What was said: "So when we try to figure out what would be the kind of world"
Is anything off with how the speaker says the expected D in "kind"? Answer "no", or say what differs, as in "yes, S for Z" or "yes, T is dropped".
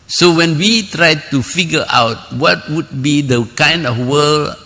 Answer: no